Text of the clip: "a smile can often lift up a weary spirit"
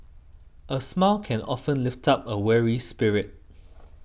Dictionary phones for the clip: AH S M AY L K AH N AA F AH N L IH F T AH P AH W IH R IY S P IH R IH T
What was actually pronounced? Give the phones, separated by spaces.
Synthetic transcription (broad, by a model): AH S M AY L K AH N AA F AH N L IH F T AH P AH W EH R IY S P IH R IH T